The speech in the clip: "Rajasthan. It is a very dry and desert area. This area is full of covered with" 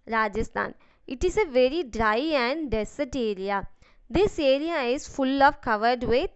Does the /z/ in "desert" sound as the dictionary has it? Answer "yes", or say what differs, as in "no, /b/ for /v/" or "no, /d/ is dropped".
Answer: no, /s/ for /z/